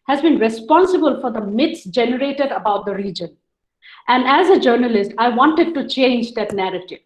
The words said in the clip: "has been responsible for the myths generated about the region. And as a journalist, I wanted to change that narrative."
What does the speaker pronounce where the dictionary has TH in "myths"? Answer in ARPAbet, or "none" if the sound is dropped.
T